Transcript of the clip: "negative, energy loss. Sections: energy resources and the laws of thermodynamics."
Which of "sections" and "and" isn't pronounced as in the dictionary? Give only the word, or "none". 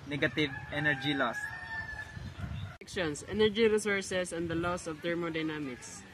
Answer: sections